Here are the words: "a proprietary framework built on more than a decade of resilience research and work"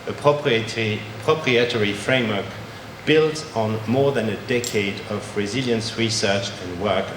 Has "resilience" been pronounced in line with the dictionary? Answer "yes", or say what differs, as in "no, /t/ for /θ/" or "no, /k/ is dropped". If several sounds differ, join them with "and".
yes